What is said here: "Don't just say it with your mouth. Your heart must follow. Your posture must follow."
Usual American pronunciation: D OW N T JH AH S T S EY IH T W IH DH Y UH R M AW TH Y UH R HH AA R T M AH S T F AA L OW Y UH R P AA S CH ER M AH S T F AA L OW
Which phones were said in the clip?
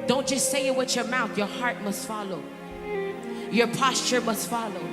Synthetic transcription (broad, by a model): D OW N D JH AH S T S EY IH T W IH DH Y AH R M AW TH Y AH R HH AA R T M AH S T F AA L OW Y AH R P AA S CH ER M AH S T F AA L OW